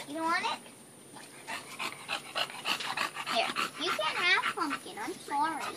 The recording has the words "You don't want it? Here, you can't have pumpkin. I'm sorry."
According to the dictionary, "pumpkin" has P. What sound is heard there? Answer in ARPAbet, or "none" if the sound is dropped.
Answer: F